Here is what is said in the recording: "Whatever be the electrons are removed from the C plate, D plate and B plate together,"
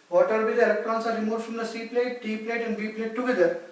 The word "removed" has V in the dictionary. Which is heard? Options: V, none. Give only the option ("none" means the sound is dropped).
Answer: none